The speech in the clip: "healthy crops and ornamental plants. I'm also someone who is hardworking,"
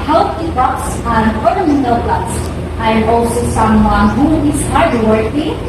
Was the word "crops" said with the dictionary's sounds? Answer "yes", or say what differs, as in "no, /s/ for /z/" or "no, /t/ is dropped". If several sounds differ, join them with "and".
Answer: no, /ɹ/ is dropped